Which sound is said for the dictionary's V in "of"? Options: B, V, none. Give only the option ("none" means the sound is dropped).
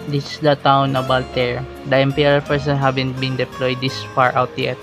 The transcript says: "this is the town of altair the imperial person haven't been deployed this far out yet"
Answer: B